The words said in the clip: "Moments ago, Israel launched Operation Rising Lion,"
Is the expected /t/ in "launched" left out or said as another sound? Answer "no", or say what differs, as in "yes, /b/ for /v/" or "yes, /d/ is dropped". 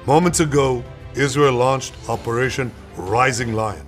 no